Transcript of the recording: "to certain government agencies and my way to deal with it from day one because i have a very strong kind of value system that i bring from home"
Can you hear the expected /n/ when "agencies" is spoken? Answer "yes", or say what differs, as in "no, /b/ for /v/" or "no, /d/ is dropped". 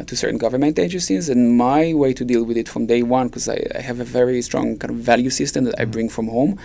no, /n/ is dropped